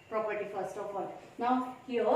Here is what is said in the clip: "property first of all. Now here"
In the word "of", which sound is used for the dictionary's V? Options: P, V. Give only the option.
P